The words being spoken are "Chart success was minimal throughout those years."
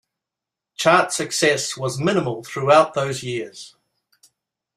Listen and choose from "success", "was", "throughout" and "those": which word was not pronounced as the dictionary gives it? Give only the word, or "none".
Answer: none